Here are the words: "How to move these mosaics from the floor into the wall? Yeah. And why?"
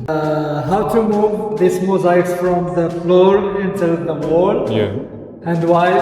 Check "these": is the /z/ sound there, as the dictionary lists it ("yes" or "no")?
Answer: no